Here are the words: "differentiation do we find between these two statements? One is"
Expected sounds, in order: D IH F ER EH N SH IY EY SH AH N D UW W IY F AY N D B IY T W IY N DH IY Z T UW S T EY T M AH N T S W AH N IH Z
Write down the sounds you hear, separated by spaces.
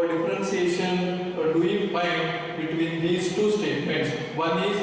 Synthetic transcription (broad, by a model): D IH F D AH N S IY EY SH AH N D UW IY P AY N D B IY T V IY N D IY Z T UW S T EY T M AH N T S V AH N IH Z